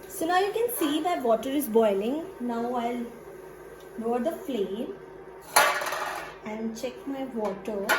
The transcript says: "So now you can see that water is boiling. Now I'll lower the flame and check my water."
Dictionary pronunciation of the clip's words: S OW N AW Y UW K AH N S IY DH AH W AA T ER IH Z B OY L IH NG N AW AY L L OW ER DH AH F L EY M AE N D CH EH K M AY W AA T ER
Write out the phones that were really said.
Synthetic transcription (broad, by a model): S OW N AW Y UW K AH N S IY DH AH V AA T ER IH Z B OY L IH NG N AW AY L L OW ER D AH F L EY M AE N D CH EH K M AY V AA T ER